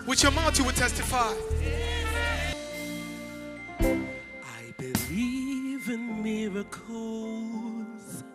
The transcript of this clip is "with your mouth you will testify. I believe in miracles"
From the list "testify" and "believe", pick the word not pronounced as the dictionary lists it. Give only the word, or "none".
none